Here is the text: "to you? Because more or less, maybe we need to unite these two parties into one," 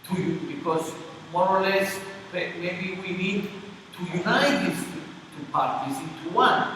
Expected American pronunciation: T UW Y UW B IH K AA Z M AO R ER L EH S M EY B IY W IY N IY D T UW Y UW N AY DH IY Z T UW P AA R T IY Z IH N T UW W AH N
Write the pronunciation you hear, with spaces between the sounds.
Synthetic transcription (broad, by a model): T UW Y UW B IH K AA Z M AO R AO L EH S M EY B IY W IY N IY D T UW Y UW N AY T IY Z T UW P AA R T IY S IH T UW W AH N